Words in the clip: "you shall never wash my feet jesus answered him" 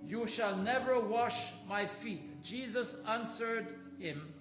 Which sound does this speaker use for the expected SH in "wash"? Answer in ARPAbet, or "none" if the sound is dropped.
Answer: SH